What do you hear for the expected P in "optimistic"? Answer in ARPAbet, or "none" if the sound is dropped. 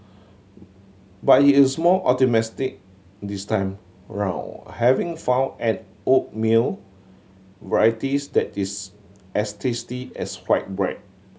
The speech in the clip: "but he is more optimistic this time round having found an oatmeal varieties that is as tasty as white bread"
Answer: none